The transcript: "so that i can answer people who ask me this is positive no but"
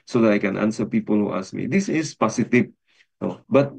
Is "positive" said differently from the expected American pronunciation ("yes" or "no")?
yes